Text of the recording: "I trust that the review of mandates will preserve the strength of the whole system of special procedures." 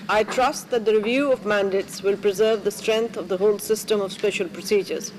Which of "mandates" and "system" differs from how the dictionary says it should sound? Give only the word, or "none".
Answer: none